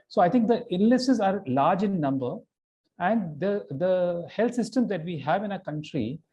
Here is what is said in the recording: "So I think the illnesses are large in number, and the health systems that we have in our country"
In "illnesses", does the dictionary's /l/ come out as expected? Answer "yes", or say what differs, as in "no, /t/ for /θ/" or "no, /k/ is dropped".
no, /n/ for /l/